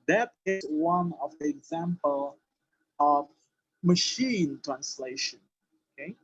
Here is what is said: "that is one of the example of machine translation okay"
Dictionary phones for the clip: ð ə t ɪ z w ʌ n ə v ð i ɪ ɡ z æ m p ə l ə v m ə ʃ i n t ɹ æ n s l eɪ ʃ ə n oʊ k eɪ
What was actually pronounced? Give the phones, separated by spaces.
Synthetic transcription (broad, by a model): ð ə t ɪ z w ʌ n ə v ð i ɪ ɡ z æ m p ə l ə v m ə ʃ i n t ɹ æ n s l eɪ ʃ ə n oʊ k eɪ